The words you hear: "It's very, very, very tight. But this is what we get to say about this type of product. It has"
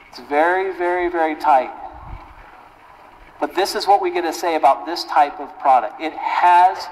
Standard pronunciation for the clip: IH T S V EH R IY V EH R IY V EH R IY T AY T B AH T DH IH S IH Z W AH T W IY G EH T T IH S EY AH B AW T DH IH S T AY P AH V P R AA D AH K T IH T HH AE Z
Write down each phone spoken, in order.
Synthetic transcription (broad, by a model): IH T S V EH R IY V EH R IY V EH R IY T AY T B AH T DH IH S IH Z W AH T W IY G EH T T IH S EY AH B AW T DH IH S T AY P AH V P R AA D AH K T IH T HH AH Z